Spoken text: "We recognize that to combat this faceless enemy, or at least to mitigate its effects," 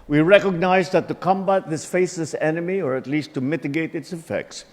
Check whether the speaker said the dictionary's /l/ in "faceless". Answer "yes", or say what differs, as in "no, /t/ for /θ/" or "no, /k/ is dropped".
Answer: no, /l/ is dropped